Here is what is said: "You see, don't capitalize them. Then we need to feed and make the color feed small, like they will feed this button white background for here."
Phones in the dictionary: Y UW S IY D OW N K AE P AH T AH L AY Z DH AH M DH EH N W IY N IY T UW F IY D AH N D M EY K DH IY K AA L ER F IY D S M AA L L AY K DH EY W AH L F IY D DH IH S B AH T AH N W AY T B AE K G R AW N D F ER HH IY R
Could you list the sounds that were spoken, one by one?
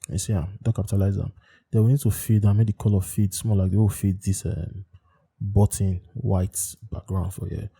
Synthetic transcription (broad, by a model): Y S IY D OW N K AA P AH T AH L AY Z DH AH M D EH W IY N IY T UW F IY D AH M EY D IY K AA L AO F IY D S M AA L L AY K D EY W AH W F IY D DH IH S B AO T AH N W AY T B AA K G R AW N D F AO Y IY